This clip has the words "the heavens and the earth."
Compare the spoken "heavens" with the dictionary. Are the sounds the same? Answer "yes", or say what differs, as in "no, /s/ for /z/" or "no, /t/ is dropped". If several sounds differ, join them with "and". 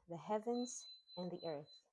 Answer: yes